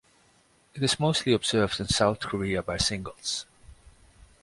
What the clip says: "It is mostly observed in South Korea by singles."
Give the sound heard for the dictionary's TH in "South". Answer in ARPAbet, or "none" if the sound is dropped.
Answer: TH